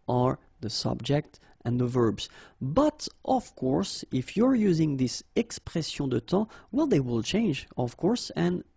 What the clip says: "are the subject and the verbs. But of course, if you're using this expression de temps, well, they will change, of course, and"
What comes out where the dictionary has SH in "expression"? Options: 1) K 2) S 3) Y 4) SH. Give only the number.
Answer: 2